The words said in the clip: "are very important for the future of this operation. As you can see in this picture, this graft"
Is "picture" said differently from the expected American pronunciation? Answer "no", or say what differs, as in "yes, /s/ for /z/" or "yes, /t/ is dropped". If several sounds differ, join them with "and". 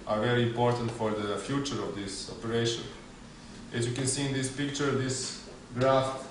no